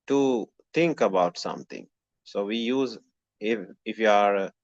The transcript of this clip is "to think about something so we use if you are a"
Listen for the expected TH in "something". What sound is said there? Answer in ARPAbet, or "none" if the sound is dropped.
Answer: T